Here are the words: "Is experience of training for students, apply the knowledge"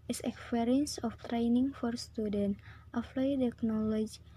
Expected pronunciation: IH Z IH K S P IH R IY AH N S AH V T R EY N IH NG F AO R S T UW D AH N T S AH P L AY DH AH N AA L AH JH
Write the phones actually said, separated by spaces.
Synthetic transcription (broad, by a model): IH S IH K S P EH R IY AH N S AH F T R EY N IH NG F AO R S T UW D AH N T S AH F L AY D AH N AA L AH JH